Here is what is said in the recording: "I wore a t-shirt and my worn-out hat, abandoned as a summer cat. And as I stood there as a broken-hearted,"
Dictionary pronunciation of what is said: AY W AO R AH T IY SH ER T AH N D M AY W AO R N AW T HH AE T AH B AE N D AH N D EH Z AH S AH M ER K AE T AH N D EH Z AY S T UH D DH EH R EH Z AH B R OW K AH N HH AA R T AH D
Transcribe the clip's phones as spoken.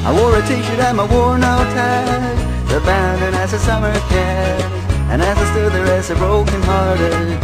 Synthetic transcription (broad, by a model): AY W AO R AH T IY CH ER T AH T M AY W AO R N AW T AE AH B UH N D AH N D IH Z AH S AH M ER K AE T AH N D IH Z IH S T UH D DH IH R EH S AH B R OW K AH N HH AA R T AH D